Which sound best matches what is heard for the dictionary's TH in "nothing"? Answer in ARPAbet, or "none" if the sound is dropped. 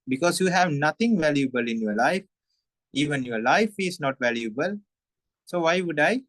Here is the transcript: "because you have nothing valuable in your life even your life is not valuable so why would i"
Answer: T